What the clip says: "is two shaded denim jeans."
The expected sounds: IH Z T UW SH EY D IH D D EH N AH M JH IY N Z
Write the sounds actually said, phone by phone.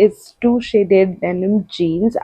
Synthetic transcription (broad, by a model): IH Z T UW SH EY D IH D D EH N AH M JH IY N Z